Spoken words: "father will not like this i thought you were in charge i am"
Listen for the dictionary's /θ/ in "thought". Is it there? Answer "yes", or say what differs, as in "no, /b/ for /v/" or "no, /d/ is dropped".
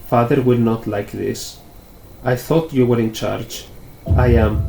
yes